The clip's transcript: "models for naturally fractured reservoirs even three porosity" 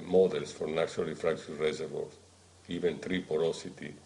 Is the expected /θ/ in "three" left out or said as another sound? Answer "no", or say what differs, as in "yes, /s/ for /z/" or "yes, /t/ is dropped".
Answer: yes, /t/ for /θ/